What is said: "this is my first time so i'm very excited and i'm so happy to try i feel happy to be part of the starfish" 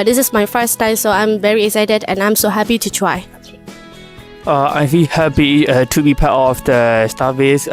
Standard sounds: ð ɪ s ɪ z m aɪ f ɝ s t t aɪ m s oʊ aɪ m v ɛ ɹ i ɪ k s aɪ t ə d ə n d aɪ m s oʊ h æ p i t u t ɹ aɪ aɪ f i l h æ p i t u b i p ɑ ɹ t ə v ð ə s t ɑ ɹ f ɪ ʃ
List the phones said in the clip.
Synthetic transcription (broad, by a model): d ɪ s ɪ s m aɪ f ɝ s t t aɪ m s oʊ aɪ m v ɛ ɹ i ɪ k s aɪ t ə d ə n aɪ m s oʊ h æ p i t u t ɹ aɪ aɪ f i l h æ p i t u b i p ɑ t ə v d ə s t ɑ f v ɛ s